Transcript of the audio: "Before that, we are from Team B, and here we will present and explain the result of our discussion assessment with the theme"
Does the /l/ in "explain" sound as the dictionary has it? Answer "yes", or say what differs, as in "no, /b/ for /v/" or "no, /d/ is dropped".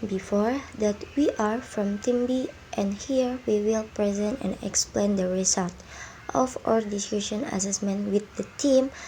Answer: yes